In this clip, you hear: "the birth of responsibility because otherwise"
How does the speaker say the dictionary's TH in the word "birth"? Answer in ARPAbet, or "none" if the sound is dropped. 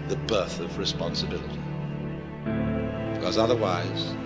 TH